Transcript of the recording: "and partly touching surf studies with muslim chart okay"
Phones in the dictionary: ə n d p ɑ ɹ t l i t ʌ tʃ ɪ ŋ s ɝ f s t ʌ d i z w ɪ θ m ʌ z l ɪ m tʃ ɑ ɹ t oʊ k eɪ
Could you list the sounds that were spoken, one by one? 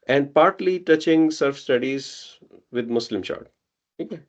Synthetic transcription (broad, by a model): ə n d p ɑ ɹ t l i t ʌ tʃ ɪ ŋ s ɝ f s t ʌ d i z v ɪ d m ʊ s l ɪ m ʃ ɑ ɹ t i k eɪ